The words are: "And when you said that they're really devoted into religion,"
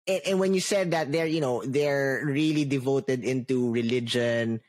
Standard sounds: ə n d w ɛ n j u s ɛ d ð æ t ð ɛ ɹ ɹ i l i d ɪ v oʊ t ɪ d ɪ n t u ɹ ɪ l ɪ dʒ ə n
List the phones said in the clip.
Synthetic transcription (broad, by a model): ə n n w ɛ n j u s ɛ d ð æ t ð ɛ ɹ ɹ i l i d ɪ v oʊ t ɪ d ɪ n t u ɹ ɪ l ɪ dʒ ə n